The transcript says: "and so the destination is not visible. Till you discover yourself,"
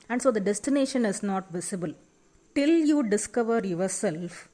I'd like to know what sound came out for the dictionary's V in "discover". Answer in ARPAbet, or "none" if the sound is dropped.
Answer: V